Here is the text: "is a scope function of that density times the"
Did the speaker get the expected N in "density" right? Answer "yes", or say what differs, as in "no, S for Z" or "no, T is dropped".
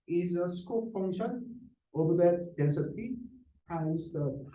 no, N is dropped